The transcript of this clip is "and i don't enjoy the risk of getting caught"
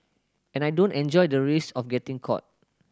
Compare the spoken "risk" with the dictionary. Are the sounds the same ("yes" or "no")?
no